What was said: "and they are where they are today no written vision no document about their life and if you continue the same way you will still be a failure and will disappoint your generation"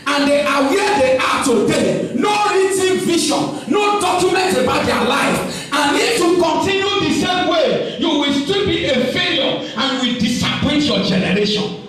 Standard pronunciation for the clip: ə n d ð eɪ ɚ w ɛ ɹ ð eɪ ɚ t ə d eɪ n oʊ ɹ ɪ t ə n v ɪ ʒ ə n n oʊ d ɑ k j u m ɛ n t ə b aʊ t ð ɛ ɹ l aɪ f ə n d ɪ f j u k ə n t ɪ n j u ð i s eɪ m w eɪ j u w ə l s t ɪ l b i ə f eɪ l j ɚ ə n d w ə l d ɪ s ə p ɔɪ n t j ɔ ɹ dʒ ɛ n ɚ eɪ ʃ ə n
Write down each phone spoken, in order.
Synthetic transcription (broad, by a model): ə n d eɪ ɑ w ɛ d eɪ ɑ t ə d eɪ n oʊ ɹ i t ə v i ʃ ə n n oʊ d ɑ k j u m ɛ n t ə b aʊ t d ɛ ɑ l aɪ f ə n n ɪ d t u k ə n t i n j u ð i s eɪ m w eɪ j u w ə l s t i l b i ə f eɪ l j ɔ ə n w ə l d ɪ s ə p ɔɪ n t j ɔ dʒ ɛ n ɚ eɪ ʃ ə n